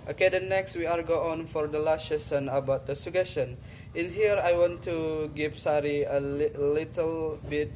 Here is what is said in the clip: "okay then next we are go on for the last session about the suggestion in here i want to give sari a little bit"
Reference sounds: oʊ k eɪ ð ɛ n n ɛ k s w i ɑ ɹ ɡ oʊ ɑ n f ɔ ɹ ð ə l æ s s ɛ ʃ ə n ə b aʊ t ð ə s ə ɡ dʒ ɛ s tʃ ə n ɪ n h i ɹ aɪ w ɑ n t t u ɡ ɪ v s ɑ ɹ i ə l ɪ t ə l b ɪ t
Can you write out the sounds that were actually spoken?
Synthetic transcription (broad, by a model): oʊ k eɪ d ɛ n n ɛ k s w i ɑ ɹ ɡ oʊ ɑ n f ɔ ɹ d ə l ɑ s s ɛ s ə n ə b aʊ t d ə s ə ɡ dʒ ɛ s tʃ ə n ɪ n h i ɹ aɪ w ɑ n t t u ɡ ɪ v s ɑ ɹ i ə l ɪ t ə l b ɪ t